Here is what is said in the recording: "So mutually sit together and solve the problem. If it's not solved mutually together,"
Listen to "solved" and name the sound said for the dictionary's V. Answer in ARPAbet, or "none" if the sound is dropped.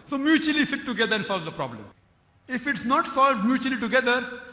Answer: V